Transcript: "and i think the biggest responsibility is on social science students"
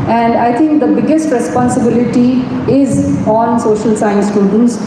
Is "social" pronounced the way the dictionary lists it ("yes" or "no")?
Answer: yes